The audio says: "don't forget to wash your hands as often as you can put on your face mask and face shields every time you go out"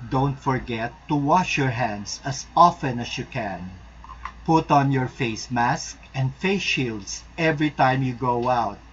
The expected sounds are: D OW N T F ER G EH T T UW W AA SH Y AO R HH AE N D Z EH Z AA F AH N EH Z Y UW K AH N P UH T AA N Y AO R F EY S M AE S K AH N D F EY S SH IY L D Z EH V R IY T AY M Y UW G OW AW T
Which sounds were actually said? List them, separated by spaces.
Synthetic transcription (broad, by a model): D OW N T F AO G EH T T UW W AA SH Y AO R HH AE N D S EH S AA F AH N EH S Y UW K AH N P UH T AA N Y AO R F EY S M AE S K AH N D F EY S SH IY L D S EH V R IY T AY M Y UW G OW AW T